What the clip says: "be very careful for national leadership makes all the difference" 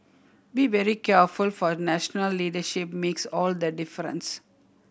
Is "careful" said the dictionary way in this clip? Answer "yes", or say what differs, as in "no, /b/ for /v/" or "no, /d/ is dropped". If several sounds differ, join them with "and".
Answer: yes